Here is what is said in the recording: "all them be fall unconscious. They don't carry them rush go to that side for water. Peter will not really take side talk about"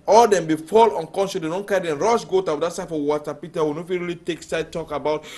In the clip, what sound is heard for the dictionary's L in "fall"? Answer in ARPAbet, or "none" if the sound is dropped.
L